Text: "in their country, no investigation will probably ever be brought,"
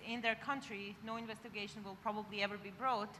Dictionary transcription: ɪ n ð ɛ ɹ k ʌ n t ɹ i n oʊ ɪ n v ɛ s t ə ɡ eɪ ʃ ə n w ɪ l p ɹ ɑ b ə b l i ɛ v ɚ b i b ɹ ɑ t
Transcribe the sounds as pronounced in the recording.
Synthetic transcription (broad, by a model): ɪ n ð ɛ ɹ k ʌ n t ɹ i n oʊ ɪ n v ɛ s t ə ɡ eɪ ʃ ə n w ɪ l p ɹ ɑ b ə b l i ɛ v ɚ b i b ɹ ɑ t